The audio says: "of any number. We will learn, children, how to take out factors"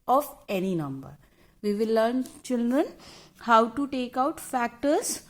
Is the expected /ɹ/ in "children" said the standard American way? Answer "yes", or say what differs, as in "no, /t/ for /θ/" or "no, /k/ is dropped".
yes